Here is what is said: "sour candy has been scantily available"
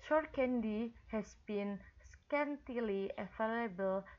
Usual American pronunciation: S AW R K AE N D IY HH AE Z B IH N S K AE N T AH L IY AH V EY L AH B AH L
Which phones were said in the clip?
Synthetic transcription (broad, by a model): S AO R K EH N D IY HH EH S B IH N S K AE N T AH L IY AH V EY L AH B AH L